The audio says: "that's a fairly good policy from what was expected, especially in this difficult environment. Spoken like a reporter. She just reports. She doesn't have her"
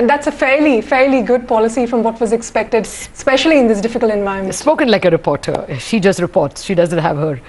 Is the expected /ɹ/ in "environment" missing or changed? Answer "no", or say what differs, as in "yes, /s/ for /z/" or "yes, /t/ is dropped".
yes, /ɹ/ is dropped